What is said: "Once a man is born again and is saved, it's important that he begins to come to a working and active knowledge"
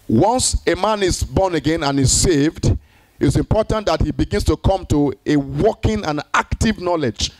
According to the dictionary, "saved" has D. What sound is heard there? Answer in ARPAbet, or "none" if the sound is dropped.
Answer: D